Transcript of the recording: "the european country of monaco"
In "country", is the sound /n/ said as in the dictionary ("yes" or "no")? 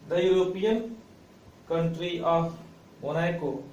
yes